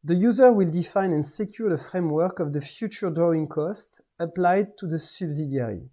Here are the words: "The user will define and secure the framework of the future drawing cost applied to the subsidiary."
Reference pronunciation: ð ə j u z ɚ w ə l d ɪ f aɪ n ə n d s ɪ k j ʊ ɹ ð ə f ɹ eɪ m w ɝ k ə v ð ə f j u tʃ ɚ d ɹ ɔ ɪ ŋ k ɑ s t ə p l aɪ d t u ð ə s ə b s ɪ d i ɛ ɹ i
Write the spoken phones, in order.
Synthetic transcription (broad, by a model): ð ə j u z ɚ w ə l d ɪ f aɪ n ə n s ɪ k j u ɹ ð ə f ɹ eɪ m w ɝ k ə v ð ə f j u tʃ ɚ d ɹ ɔ ɪ ŋ k ɑ s t ə p l aɪ d t u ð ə s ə b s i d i ɹ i